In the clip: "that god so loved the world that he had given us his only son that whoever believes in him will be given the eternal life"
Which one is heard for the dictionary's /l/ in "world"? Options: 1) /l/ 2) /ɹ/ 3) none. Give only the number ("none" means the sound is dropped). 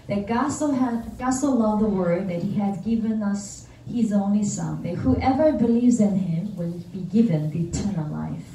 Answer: 3